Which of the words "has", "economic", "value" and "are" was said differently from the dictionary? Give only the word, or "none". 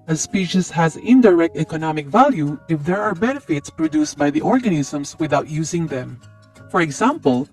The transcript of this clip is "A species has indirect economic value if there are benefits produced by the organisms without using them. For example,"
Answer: none